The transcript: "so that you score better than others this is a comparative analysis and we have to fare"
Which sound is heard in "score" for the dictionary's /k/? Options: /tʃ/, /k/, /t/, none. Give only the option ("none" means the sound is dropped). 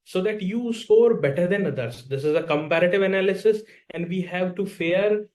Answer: none